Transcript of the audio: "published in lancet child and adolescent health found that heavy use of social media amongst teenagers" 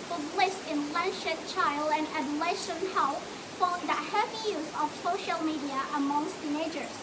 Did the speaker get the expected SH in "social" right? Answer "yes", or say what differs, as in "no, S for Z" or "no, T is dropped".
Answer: yes